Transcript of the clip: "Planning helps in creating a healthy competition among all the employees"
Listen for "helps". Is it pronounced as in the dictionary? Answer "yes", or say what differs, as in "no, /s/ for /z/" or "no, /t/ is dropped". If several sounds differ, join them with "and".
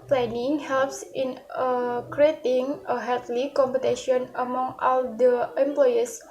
yes